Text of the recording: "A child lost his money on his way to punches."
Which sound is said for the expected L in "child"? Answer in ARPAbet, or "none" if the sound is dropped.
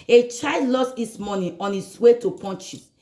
none